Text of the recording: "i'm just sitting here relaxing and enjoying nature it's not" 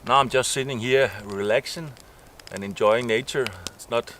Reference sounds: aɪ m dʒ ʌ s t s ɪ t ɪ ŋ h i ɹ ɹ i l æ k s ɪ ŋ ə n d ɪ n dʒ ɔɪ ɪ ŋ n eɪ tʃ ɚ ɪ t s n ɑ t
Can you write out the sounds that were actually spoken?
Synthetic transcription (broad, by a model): aɪ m dʒ ʌ s t s ɪ t ɪ ŋ h i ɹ ɹ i l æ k ʃ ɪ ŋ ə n ɪ n dʒ ɔɪ ɪ ŋ n eɪ tʃ ɚ ɪ t s n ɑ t